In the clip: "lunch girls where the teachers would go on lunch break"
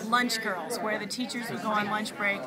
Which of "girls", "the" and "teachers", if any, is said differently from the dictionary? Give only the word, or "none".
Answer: none